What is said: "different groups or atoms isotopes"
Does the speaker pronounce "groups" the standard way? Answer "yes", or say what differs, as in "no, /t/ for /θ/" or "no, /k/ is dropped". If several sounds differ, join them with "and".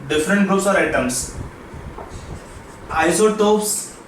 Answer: no, /p/ is dropped